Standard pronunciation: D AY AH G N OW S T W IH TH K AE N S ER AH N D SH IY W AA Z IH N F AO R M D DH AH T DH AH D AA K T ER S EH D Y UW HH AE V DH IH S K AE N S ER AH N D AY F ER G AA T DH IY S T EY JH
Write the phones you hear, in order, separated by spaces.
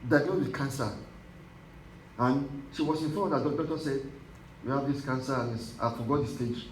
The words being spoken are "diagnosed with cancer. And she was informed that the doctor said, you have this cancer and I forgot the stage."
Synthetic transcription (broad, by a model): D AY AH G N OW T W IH K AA N S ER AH N SH IY W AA S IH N F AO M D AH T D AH D AA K T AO S EH D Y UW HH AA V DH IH S K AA N S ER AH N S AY F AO G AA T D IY S T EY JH